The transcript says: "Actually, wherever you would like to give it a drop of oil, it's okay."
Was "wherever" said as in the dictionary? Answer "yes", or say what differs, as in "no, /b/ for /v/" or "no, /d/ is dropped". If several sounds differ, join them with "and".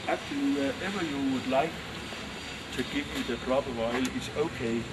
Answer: no, /ɹ/ is dropped